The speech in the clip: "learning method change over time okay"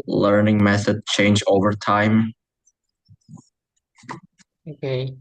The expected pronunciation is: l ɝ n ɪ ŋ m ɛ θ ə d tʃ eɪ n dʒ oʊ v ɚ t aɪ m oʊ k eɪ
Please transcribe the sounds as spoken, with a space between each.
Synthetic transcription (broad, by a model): l ɝ n ɪ ŋ m ɛ θ ə d tʃ eɪ n dʒ oʊ v ɚ t aɪ m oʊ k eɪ